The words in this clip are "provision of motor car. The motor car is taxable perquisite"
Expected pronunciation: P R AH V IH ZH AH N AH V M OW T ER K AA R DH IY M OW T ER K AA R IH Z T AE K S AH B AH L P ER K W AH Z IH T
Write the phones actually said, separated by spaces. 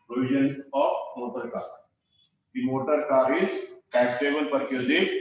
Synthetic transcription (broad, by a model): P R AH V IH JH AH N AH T M OW T ER K AA R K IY M OW T ER K AA R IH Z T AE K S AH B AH N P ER K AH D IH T